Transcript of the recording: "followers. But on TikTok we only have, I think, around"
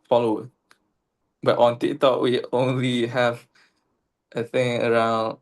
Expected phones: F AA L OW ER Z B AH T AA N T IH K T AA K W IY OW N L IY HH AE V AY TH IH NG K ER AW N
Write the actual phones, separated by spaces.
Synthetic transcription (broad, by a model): F AA L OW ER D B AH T AA N T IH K T AA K W IY OW N L IY HH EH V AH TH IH NG ER AW N